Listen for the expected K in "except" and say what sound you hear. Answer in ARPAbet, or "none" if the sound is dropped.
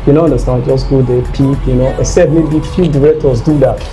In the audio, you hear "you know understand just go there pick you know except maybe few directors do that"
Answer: none